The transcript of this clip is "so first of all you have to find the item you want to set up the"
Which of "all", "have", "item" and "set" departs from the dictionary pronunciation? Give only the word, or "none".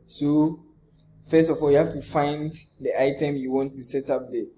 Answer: have